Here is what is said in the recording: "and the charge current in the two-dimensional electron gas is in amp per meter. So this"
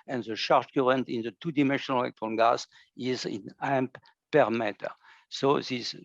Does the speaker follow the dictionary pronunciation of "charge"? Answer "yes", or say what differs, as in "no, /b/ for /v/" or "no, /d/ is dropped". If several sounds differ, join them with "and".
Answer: no, /ʃ/ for /tʃ/